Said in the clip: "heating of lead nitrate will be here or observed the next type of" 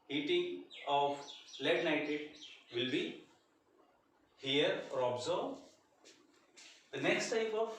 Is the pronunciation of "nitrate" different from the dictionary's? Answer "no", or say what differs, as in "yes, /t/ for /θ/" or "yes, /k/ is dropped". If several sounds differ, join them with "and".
yes, /ɹ/ is dropped